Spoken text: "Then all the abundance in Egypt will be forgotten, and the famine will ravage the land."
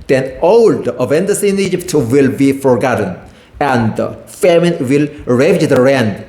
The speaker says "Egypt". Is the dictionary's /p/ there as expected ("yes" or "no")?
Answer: yes